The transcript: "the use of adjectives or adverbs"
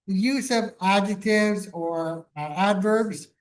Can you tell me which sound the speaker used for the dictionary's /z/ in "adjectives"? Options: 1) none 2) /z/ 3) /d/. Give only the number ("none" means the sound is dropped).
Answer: 2